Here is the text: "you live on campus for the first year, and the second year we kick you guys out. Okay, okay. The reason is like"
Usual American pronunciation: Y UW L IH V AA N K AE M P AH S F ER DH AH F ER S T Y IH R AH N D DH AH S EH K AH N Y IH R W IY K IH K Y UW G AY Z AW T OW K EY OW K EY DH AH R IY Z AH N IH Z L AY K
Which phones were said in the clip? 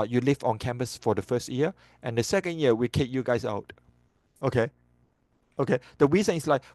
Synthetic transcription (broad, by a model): Y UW L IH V AA N K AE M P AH S F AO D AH F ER S T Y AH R AH N D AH S EH K AH N Y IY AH W IY K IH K Y UW G AY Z AW T OW K EY OW K EY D AH W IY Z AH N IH S L AY K